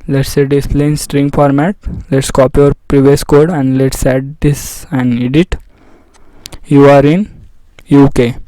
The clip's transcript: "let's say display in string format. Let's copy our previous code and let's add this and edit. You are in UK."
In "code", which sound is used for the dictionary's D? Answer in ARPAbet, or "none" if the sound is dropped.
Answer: D